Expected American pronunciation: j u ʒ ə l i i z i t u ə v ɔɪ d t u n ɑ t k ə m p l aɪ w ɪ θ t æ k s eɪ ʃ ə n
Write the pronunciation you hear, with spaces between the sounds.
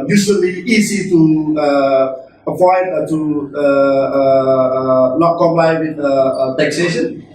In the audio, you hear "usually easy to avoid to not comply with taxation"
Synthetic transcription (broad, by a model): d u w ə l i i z i t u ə p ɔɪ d t u n ɑ t k ə m p l aɪ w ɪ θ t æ k s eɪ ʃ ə n